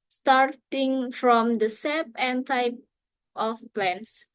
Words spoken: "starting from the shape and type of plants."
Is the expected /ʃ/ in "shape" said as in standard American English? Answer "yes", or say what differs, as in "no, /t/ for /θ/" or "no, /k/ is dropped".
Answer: no, /s/ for /ʃ/